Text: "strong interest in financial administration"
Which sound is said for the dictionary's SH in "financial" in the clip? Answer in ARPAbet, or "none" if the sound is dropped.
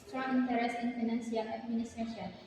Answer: S